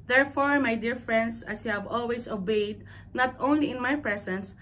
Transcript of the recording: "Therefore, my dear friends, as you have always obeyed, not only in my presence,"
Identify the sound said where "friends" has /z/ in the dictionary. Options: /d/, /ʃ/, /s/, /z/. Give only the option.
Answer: /s/